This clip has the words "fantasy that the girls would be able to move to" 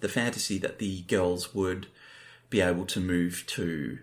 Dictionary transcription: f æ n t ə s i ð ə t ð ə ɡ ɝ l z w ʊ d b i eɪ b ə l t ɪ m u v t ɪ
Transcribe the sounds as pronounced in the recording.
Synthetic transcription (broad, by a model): f æ n t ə s i ð ə t ð ə ɡ ɝ l z w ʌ d b i eɪ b l t ɪ m u v t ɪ